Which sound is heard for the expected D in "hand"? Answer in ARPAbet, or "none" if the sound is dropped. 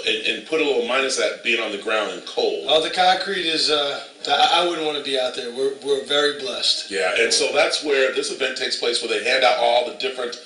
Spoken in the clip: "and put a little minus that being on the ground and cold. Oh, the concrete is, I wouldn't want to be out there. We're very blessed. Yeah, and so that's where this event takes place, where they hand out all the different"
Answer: D